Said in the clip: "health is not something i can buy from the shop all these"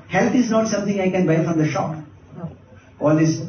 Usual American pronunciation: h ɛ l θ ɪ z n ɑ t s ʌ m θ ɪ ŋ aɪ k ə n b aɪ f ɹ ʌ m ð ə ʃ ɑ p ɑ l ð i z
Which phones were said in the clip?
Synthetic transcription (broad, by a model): h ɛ l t ɪ z n ɑ t s ʌ m t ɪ ŋ aɪ k ə n b aɪ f ɹ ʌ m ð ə ʃ ɑ p ɑ l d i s